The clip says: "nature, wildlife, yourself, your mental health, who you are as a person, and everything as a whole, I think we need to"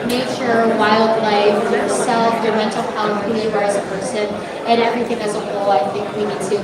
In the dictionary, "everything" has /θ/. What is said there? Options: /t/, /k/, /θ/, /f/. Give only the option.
/θ/